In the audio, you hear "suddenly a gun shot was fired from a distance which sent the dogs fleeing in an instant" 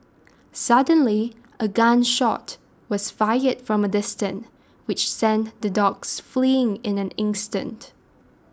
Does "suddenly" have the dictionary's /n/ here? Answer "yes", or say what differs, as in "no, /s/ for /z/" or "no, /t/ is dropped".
yes